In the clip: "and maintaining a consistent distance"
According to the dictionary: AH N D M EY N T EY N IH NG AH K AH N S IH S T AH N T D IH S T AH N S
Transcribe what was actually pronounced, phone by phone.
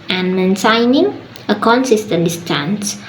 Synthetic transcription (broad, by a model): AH N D M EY N S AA N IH NG AH K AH N S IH S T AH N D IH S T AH N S